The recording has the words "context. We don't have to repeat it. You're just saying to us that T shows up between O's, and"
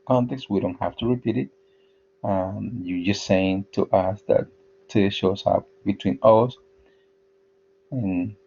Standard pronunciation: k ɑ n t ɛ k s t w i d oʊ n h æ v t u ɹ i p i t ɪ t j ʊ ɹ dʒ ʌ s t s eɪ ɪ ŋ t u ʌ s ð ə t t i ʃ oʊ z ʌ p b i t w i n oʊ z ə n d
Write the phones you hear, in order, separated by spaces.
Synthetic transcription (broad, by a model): k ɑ n t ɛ k s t w i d oʊ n h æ f t u ɹ i p i t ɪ t j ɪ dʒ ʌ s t s eɪ ɪ ŋ t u ʌ s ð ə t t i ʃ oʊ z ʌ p b i t w i n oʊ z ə n